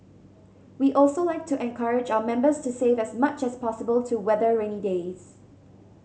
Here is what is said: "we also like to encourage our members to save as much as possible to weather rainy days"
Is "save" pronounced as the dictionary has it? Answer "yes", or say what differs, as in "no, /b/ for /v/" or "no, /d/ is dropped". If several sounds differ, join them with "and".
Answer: yes